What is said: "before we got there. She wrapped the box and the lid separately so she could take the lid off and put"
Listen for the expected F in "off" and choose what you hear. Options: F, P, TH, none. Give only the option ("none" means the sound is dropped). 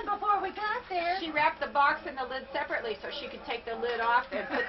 F